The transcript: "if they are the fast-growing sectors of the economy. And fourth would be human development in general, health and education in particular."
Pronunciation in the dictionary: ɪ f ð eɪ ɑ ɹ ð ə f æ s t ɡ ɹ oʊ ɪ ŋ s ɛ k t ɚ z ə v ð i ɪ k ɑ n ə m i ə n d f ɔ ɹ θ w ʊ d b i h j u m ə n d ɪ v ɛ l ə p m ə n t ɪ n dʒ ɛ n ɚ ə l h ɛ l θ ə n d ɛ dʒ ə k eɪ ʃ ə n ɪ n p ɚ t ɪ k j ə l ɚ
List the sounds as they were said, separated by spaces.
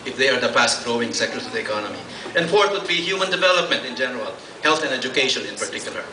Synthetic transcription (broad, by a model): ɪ f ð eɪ ɑ ɹ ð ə p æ s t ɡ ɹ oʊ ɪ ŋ s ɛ k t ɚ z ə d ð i ɪ k ɑ n ə m i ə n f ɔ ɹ t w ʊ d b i h j u m ə n d ɪ v ɛ l ə p m ə n t ɪ n dʒ ɛ n ɚ ə l h ɛ l t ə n ɛ dʒ ə k eɪ ʃ ə n ɪ n p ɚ t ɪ k j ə l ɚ